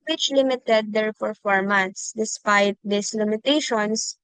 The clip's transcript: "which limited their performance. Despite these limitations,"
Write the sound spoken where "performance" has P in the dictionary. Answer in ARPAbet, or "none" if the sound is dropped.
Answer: F